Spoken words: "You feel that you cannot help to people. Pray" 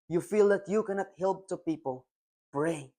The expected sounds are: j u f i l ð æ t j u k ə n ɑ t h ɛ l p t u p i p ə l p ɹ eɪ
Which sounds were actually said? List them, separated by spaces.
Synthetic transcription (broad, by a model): j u f i l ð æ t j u k ə n ɑ t h ɛ l p t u p i p ə l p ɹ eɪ